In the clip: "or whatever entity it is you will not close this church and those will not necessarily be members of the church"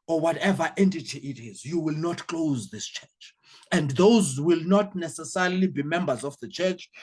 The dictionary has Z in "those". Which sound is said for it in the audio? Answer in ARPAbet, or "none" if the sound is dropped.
Z